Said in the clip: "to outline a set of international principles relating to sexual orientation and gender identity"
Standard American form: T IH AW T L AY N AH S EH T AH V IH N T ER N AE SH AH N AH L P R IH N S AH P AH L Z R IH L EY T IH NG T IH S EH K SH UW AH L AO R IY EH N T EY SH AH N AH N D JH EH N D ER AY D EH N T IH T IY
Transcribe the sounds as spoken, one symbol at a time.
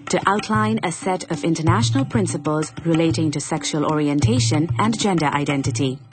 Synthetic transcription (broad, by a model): T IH AW T L AY N AH S EH T AH V IH N T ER N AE SH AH N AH L P R IH N S AH P AH L Z R IH L EY T IH NG T IH S EH K SH UW AH L AO R IY EH N T EY SH AH N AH N JH EH N D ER AY D EH N T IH T IY